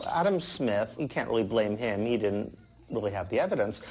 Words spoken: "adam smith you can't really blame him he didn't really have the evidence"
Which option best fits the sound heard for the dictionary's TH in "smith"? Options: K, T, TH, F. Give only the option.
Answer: TH